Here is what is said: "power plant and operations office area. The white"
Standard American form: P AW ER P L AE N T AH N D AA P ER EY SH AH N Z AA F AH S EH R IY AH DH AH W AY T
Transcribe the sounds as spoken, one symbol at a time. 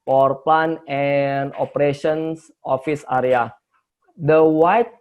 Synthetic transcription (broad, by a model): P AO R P L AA N AH N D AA P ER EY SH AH N S AA F AH S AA R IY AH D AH W AY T